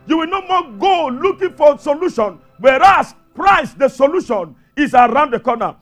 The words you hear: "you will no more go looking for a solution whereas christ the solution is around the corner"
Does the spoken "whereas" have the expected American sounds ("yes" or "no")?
no